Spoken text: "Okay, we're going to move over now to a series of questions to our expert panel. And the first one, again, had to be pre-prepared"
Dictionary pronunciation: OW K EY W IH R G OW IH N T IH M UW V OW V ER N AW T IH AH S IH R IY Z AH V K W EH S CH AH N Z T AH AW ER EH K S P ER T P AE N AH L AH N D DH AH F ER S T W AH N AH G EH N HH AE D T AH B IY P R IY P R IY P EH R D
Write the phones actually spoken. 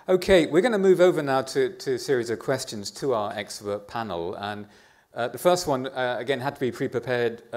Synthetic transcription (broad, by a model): OW K EY W IH R G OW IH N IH M UW V OW V ER N AW T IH AH S IH R IY Z AH V K W EH S CH AH N Z T AH AW ER EH K S P ER T P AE N L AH N DH AH F ER S T W AH N AH G EH N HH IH D T AH B IY P R IY P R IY P EH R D